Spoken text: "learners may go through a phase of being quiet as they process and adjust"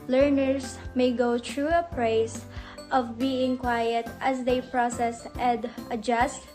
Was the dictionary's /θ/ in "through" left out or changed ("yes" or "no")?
yes